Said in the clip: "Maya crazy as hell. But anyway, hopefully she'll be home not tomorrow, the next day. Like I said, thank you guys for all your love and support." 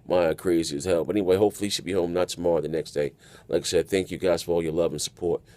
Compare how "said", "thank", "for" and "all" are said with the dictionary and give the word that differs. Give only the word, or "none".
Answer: none